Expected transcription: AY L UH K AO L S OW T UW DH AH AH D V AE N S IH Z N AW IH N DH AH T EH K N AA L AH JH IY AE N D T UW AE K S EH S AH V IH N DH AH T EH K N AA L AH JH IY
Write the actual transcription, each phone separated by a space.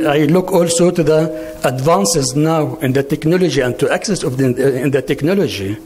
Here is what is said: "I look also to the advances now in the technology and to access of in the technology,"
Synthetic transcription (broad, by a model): AY L UH K AO L S OW T UW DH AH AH D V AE N S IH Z N AW IH N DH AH T EH K N AA L AH JH IY AE N D T UW AE K S EH S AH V IH N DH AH T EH K N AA L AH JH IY